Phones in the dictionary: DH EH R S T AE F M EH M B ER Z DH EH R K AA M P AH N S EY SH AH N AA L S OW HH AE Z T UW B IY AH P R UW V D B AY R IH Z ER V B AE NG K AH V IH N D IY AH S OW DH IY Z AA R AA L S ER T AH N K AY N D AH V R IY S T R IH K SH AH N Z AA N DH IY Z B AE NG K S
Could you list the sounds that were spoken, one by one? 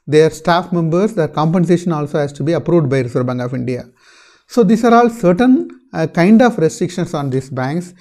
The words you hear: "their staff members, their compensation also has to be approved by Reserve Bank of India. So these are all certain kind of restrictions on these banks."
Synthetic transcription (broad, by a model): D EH R S T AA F M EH M B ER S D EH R K AA M P AH N S EY SH AH N AA L S OW HH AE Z T UW B IY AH P R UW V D B AY R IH S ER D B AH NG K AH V IH N D IY AH S OW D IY S AA R AA L S ER T AH N K AY N D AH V R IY S T R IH K SH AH N S AA N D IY S B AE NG K S